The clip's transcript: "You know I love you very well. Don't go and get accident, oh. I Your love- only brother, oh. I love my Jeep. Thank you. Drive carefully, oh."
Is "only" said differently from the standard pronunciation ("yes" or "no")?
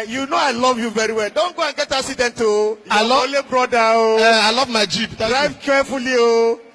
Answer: yes